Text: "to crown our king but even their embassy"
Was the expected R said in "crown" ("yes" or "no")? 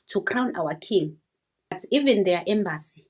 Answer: yes